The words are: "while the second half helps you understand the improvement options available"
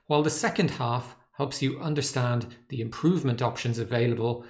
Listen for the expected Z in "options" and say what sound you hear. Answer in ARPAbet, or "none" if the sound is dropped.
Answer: Z